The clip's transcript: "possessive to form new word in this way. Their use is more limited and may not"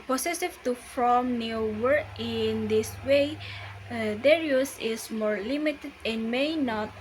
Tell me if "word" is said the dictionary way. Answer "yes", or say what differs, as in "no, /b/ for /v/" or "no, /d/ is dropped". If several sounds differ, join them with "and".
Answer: no, /d/ is dropped